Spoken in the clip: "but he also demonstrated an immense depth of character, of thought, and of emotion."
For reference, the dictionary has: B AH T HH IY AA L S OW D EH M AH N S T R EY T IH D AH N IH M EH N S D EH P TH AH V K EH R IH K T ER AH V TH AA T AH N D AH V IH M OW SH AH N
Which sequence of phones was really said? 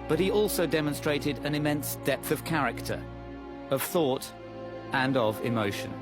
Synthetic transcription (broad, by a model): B AH T HH IY AA L S OW D EH M AH N S T R EY T IH D AH N IH M EH N S D EH P TH AH V K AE R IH K T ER AH V TH AA T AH N AH V IH M OW SH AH N